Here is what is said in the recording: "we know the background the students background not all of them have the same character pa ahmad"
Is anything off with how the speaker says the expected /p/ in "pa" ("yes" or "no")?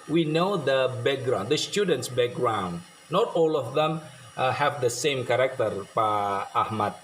no